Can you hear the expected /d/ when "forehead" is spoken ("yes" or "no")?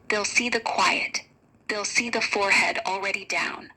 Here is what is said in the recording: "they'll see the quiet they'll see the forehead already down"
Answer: yes